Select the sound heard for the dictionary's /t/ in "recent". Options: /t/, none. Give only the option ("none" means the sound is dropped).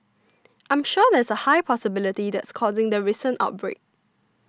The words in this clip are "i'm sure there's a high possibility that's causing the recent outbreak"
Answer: /t/